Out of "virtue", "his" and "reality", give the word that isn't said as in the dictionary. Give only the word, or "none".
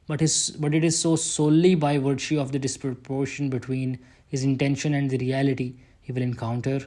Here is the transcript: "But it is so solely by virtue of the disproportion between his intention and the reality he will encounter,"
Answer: virtue